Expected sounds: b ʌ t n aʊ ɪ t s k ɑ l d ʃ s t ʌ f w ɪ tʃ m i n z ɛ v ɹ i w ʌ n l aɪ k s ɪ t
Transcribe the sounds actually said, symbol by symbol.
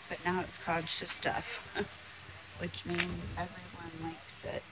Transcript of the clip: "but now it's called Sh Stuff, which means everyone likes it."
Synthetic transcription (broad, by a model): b ʌ t n aʊ ɪ t s k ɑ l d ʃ s t ʌ f w ɪ tʃ m i n z ɛ v ɹ i w ʌ n l aɪ k s ɪ t